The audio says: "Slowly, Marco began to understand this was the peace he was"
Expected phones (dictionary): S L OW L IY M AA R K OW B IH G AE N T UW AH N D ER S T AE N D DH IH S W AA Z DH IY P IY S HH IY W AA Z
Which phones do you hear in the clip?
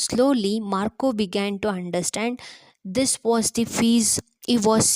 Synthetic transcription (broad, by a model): S L OW L IY M AA R K OW B IH G AE N T UW AH N D ER S T AE N D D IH S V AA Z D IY F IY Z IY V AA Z